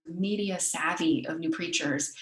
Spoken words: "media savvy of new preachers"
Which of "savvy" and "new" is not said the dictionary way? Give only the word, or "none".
none